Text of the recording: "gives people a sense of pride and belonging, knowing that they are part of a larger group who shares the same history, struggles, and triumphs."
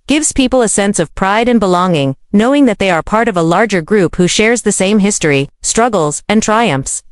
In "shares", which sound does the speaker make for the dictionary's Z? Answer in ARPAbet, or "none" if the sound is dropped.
Z